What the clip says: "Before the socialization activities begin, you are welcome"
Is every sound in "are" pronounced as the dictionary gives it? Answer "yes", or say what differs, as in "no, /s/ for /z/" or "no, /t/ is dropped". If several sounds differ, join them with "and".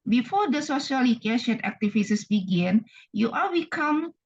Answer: no, /l/ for /ɹ/